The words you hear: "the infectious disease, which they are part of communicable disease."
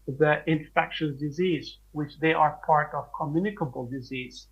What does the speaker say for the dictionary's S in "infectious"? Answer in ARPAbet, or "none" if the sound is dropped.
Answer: none